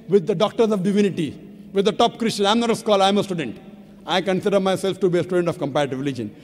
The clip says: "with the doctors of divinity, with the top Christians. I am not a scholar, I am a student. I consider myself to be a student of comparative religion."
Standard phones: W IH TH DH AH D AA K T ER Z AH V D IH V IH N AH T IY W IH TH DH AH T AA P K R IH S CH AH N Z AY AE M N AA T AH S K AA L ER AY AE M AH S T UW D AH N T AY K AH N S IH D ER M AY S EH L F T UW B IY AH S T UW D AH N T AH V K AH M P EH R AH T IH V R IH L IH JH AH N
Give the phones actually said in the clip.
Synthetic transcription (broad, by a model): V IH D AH D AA K T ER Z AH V D IH V IH N AH T IY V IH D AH T AA P K R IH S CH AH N AY M N AA T AH S K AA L AY M AH S T UW D AH N T AY K AH N S IH D ER M AY S EH L F T UW B IY AH S T UW D AH N T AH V K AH M P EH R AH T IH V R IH L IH JH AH N